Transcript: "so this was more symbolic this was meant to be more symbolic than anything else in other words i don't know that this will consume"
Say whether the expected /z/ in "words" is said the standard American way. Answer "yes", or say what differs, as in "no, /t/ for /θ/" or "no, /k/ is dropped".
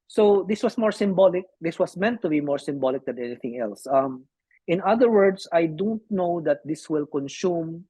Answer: no, /s/ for /z/